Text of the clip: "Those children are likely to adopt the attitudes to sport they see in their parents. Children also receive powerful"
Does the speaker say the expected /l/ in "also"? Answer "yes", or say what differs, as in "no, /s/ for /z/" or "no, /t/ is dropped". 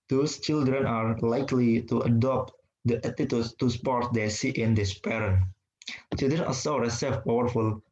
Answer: no, /l/ is dropped